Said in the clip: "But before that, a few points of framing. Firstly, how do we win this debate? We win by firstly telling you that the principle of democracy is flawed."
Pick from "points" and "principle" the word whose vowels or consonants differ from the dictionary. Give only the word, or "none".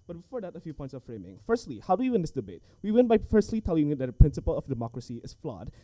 none